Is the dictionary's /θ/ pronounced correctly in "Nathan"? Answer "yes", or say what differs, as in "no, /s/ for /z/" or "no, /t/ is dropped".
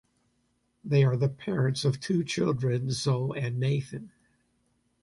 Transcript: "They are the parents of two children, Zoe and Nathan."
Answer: yes